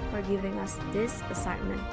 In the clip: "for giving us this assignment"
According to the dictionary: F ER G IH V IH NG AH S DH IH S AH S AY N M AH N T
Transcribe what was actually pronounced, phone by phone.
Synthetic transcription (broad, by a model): F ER G IH V IH NG AH S DH IH S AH S AY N M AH N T